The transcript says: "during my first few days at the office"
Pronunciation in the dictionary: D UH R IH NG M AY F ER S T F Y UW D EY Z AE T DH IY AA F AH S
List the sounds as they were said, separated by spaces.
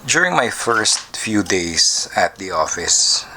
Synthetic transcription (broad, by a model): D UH R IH NG M AY F ER S T F Y UW D EY S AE T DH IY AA F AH S